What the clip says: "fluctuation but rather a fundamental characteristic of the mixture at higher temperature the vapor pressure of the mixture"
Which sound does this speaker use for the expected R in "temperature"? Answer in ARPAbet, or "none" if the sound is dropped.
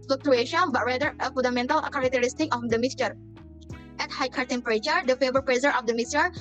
R